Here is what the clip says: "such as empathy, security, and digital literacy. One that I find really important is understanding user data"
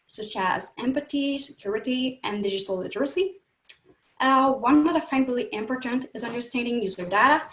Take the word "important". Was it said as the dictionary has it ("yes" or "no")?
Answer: yes